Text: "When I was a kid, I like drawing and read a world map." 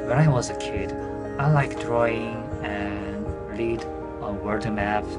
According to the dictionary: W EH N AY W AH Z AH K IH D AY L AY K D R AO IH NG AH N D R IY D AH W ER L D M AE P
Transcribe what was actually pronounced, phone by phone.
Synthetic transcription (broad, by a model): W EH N AY W AH Z AH K IH D AY L AY K D R AO IH NG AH N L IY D AH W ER D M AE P